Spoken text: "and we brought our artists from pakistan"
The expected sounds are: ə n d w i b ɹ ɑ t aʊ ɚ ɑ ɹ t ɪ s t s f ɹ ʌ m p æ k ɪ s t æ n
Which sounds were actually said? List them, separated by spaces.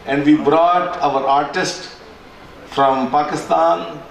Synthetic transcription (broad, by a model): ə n d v i b ɹ ɑ t aʊ ɚ ɑ ɹ t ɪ s t f ɹ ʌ m p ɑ k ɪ s t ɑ n